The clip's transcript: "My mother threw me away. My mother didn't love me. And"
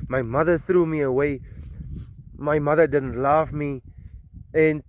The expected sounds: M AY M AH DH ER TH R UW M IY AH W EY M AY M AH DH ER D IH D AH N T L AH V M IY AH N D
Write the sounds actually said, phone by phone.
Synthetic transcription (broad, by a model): M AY M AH DH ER TH R UW M IY AH W EY M AY M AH DH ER D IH D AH N T L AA F M IY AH N